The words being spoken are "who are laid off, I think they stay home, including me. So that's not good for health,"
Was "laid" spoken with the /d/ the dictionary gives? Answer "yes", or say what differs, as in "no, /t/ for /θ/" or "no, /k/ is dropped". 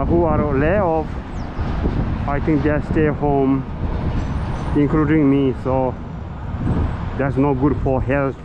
no, /d/ is dropped